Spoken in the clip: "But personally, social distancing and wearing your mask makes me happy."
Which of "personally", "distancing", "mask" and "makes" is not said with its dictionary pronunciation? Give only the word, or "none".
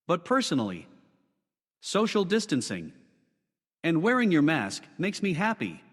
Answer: none